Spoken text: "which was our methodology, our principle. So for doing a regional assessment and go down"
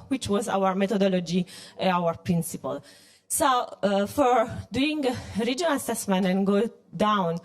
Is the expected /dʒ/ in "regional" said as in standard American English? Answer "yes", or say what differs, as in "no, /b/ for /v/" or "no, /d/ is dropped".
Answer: yes